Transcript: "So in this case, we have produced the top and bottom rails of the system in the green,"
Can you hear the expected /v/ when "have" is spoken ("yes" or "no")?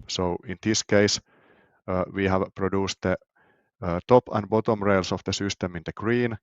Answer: yes